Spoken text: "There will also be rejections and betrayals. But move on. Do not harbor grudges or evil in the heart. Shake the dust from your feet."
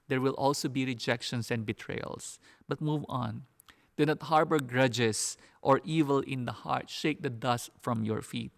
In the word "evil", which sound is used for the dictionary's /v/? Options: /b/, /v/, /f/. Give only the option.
/v/